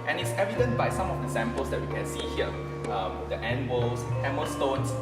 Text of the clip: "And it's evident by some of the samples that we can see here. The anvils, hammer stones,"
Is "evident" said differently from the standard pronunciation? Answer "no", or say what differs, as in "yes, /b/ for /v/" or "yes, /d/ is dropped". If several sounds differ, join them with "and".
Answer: no